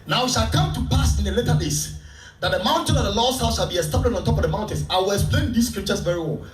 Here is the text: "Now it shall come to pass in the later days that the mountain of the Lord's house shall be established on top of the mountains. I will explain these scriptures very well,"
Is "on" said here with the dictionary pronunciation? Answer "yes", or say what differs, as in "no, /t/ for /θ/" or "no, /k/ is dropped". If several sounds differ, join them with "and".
yes